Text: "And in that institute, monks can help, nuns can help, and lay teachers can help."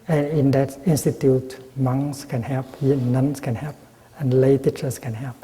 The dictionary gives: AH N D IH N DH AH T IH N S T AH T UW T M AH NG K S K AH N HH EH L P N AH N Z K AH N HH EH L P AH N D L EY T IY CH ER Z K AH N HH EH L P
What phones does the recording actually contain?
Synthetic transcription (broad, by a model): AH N IH N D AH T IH N S T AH T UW T M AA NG S K AH N HH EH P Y N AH N S K AH N HH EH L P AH N L EY T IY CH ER S K AH N HH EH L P